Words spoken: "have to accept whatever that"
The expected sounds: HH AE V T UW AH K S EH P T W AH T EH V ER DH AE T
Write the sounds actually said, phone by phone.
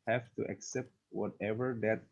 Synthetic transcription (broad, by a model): HH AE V T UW AH K S EH P T W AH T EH V ER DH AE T